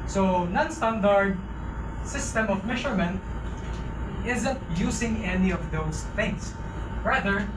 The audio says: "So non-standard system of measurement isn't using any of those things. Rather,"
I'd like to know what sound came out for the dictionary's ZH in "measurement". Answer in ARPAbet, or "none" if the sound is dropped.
SH